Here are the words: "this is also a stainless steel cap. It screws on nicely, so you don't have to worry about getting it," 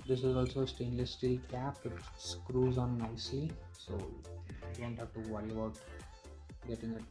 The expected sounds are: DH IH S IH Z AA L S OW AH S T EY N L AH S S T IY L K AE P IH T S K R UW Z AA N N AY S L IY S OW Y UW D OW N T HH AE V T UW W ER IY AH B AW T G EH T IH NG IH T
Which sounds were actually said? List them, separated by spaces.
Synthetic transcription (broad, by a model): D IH S IH Z AA L S OW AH S T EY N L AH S S T IY L K AE P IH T S K R UW Z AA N N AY S IY S OW D OW N T HH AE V T UW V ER IY AH B AW T G EH T IH NG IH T